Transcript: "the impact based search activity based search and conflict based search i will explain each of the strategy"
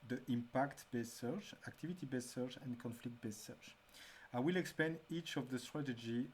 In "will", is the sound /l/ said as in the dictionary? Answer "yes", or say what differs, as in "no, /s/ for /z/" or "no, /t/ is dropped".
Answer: yes